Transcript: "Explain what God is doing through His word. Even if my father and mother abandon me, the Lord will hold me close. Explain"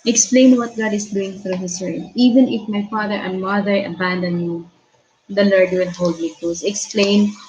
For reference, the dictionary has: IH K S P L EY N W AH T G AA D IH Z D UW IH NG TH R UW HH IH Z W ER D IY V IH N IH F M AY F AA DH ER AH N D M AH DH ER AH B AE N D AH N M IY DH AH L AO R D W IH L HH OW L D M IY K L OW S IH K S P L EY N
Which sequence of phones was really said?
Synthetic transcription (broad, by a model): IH K S P L EY N W AH T G AA D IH S D UW IH NG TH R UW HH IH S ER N IY V IH N IH F M AY F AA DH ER AH N D M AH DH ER AH B AE N D AH N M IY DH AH L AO R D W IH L HH OW L D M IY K OW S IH K S P L EY N